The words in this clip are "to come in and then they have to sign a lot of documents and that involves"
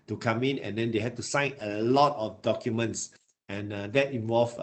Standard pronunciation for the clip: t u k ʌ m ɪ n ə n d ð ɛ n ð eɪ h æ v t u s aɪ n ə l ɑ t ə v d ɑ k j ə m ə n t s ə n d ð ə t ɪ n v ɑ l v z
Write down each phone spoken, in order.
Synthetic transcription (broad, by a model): t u k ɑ m ɪ n ə n d ɛ n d eɪ h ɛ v t u s aɪ n ə l ɑ t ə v d ɑ k j ə m ə n t s ə n d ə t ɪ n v ɑ l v